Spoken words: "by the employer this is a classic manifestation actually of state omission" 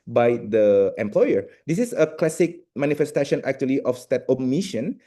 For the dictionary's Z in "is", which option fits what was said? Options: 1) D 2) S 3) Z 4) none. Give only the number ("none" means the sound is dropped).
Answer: 2